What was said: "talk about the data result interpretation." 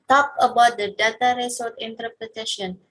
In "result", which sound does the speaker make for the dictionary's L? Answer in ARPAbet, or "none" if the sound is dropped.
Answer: none